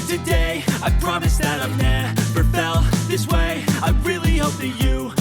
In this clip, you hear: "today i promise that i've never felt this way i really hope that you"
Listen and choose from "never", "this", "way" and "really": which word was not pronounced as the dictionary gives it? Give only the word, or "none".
never